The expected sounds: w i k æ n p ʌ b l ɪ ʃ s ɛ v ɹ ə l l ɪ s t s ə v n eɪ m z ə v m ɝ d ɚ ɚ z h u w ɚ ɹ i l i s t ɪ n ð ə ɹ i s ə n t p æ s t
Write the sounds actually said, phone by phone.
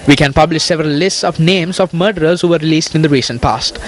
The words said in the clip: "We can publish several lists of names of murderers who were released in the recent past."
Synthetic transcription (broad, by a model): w i k æ n p ʌ b l ɪ ʃ s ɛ v ɹ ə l l ɪ s t s ə v n eɪ m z ə v m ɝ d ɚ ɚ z h u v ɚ ɹ i l i s t ɪ n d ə ɹ i s ə n t p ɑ s t